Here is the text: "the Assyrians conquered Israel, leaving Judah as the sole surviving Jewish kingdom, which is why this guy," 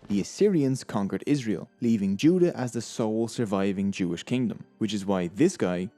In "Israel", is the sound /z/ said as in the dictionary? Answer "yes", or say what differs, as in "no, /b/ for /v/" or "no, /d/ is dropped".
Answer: yes